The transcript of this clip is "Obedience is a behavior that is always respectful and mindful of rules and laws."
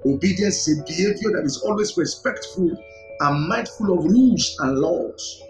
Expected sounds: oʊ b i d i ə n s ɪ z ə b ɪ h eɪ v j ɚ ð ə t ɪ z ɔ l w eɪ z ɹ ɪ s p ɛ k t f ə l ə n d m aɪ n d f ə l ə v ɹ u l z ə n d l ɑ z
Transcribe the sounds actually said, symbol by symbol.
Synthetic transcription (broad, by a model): oʊ b i d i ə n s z ə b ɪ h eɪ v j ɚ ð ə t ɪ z ɔ l w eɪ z ɹ ɪ s p ɛ k t f ə l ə n m aɪ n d f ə l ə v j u z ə n l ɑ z